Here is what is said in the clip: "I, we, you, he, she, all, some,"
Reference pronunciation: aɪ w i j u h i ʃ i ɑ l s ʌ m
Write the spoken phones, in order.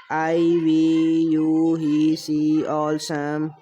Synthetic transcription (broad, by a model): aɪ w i j u h i s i ɑ l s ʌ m